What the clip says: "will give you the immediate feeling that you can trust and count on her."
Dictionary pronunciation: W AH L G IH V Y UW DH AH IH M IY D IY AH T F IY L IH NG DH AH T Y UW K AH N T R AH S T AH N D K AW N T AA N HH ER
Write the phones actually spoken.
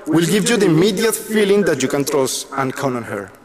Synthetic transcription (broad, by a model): W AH L G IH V Y UW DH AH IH M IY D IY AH T F IY L IH NG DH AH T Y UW K AH N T R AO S AH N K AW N AA N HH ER